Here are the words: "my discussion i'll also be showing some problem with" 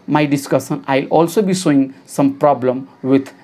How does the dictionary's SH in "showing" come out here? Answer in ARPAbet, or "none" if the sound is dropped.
S